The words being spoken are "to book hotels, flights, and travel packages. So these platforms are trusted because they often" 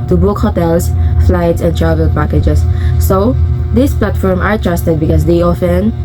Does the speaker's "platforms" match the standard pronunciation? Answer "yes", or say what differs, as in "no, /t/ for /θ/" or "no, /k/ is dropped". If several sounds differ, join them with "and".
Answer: no, /z/ is dropped